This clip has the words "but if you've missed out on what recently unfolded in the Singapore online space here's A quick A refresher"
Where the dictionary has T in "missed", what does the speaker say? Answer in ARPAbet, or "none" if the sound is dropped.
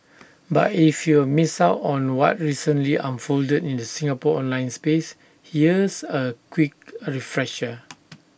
none